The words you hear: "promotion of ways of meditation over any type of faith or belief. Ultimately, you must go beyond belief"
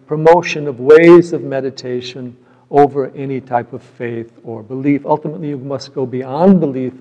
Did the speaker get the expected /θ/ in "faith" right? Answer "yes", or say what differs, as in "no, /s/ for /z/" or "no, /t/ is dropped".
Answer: yes